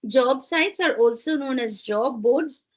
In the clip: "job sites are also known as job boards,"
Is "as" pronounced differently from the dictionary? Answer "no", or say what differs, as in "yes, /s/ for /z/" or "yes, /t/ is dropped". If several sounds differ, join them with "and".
no